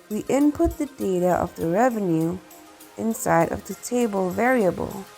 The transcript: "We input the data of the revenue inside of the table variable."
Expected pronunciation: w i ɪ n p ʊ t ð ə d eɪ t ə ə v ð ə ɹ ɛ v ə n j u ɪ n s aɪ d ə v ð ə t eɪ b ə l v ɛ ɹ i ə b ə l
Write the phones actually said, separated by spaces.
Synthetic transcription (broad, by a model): w i ɪ n p ʊ t ð ə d eɪ t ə ə v ð ə ɹ ɛ v ə n j u ɪ n s aɪ d ə v ð ə t eɪ b ə l v ɛ ɹ i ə b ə l